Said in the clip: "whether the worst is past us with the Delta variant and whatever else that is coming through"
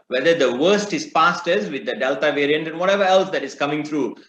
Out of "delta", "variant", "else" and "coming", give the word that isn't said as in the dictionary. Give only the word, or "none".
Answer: none